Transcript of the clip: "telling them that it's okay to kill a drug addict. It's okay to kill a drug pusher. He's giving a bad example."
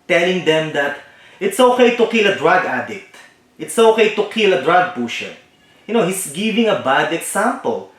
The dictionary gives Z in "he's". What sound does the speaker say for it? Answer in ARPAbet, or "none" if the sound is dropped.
S